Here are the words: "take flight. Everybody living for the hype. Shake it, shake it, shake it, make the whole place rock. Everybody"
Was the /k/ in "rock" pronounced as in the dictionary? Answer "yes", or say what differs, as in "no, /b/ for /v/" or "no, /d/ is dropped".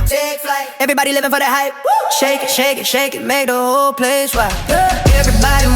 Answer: no, /k/ is dropped